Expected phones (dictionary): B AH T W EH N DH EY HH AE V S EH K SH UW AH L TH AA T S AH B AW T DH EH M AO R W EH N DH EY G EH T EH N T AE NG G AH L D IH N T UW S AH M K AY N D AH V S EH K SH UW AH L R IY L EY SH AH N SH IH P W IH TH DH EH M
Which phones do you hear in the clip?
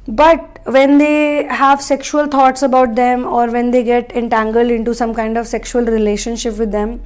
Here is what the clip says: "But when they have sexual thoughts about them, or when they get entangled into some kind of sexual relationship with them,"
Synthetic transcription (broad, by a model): B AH T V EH N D EY HH AE V S EH K SH UW AH L T AA T S AH B AW T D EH M AO R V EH N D EY G EH T EH N T AE NG G AH L D IH N T UW S AH M K AY N D AH V S EH K SH UW AH L R IY L EY SH AH N SH IH P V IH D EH M